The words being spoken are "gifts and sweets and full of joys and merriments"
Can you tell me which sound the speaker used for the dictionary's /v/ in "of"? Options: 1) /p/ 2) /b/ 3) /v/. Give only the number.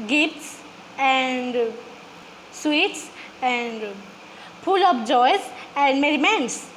1